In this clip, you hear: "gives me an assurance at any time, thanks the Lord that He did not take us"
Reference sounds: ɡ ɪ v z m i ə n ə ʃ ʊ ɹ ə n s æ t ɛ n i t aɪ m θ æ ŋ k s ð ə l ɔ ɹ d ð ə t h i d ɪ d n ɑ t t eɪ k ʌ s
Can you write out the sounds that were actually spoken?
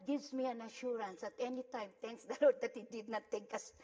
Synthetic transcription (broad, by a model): ɡ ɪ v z m i ə n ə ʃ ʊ ɹ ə n s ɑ t ɛ n i t aɪ m t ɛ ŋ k s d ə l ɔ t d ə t h i d ɪ d n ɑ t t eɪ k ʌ s